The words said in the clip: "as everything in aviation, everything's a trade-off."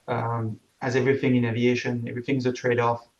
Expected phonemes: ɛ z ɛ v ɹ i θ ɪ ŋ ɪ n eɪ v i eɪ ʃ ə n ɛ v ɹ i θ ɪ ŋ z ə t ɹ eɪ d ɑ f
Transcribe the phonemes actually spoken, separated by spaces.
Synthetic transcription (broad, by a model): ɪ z ɛ v ɹ i θ ɪ ŋ ɪ n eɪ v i eɪ ʃ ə n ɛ v ɹ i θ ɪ ŋ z ə t ɹ eɪ d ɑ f